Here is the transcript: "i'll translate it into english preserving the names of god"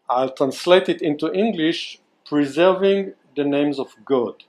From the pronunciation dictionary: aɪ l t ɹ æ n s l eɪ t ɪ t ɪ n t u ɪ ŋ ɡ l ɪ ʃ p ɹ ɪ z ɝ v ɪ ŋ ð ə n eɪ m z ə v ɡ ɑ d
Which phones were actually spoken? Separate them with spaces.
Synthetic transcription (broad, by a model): aɪ l t ɹ æ n s l eɪ t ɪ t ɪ n t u ɪ ŋ ɡ l ɪ ʃ p ɹ ɪ z ɝ v ɪ ŋ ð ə n eɪ m z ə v ɡ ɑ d